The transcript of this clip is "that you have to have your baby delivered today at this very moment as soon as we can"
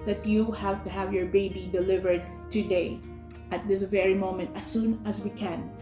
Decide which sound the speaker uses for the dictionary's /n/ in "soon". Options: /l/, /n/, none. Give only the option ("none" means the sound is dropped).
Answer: /n/